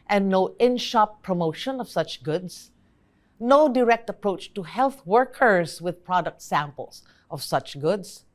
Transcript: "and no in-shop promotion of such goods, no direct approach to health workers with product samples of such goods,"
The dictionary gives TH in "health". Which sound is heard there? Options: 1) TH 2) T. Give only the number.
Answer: 1